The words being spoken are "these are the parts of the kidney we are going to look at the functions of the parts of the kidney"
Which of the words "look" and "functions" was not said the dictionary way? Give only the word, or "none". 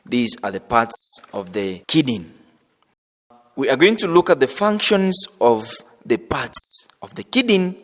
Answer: none